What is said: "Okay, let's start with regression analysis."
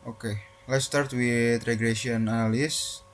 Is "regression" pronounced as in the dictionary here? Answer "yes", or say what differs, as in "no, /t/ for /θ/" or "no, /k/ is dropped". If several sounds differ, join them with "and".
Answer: no, /n/ is dropped